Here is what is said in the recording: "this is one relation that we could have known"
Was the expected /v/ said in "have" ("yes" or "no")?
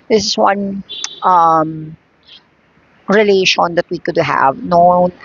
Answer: yes